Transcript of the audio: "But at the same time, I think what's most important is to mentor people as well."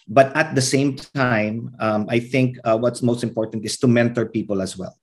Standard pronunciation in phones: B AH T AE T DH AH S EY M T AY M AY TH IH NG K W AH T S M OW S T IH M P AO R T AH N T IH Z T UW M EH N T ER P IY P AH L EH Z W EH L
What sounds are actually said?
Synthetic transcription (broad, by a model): B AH T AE T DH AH S EY M T AY M AY TH IH NG K W AH T S M OW S T IH M P AO R T AH N T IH S T UW M EH N T ER P IY P AH L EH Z W EH L